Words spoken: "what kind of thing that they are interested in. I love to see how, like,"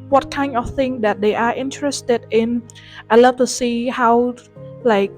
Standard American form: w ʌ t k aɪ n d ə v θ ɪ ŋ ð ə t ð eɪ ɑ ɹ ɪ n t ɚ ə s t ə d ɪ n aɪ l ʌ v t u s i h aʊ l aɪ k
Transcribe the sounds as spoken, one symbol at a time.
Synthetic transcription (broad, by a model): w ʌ t k aɪ n ə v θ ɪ ŋ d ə t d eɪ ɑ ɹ ɪ n t ɚ ə s t ə d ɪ n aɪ l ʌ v t u s i h aʊ l aɪ k